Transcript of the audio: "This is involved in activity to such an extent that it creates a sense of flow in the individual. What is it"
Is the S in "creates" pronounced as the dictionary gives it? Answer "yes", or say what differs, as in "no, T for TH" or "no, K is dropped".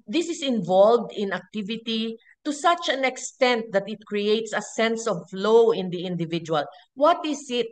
yes